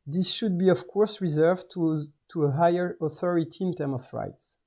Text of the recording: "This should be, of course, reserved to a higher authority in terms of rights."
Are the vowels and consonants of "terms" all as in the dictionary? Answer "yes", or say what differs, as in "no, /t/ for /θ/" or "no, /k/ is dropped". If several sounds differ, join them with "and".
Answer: no, /z/ is dropped